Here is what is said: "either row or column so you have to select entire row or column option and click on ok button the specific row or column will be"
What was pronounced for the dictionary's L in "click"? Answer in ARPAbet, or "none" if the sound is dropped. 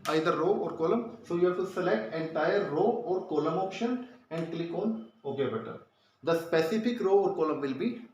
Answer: L